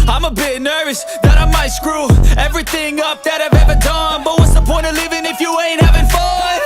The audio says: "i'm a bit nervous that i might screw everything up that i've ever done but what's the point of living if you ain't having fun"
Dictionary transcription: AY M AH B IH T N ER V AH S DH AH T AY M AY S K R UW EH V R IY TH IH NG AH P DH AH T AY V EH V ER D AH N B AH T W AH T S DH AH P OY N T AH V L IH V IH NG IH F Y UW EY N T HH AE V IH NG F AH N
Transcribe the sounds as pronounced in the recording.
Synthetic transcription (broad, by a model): AY M AH B IH T N ER V AH S DH AH T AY M AY S K R UW EH V R IY TH IH NG AH P DH AH T AY V EH V ER D AH N B AH T W AH T S DH AH P OY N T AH L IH V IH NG IH F Y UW EY N T HH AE V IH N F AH